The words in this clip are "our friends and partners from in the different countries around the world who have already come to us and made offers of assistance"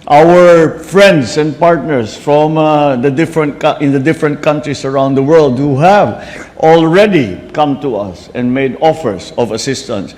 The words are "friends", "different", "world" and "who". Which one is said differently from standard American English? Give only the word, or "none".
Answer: friends